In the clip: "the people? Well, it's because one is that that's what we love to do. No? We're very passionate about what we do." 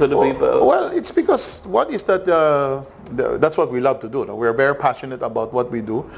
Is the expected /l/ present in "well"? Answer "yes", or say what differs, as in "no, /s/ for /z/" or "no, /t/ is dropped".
yes